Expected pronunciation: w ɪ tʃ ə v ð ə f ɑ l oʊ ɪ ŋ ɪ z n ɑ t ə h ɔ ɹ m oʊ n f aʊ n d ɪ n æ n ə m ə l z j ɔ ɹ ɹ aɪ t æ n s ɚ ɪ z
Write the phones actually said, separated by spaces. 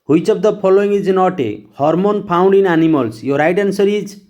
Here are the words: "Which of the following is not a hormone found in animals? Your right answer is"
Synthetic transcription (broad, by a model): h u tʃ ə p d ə p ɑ l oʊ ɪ ŋ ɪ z n ɑ t ə h ɔ ɹ m oʊ n p aʊ n d ɪ n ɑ n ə m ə l s j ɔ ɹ ɹ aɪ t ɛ n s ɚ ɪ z